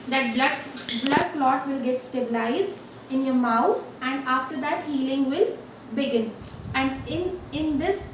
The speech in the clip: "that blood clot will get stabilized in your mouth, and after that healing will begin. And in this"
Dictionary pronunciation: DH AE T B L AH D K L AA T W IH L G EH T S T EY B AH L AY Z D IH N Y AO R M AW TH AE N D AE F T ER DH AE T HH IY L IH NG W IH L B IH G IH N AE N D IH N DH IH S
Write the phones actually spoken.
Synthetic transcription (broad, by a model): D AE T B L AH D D L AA T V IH L G EH T S T EY B AH L AY Z D IH N Y AO R M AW T AE N D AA F T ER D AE T HH IY L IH NG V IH L B IH G IH N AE N D IH N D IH S